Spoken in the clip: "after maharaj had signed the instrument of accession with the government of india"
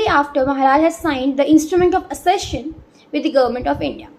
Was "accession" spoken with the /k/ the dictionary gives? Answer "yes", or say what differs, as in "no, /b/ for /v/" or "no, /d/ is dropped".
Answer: no, /k/ is dropped